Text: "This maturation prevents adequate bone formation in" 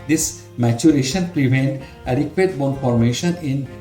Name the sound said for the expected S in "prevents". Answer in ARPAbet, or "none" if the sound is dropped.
none